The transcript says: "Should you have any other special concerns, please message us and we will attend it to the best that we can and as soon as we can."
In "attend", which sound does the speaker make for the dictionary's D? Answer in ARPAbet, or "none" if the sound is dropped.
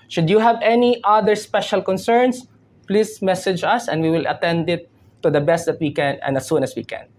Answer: D